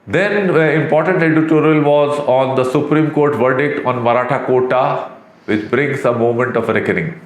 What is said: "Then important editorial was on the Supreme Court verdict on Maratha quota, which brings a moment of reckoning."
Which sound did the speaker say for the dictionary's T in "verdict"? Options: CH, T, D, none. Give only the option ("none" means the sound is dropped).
T